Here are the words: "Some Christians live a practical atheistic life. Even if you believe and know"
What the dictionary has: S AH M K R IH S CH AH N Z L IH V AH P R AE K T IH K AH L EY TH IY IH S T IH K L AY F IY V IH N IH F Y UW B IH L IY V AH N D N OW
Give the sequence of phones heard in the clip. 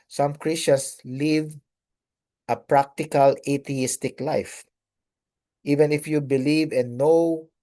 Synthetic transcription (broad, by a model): S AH M K R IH S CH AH N S L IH V AH P R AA K T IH K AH L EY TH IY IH S T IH K L AY F IY V IH N IH F Y UW B IH L IY V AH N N OW